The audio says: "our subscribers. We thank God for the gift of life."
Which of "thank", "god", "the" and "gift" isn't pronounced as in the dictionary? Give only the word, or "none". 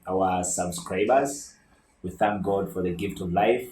none